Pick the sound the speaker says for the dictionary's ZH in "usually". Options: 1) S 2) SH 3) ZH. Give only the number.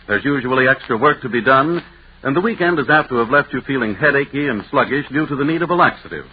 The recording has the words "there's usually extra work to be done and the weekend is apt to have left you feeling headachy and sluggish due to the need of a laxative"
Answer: 3